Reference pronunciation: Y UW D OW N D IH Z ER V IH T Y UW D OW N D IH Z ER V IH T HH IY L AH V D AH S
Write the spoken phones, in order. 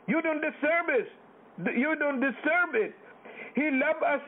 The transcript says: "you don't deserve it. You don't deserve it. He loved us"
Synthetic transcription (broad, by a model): Y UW D OW N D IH S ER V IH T Y UW D OW N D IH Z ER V IH T HH IY L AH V AH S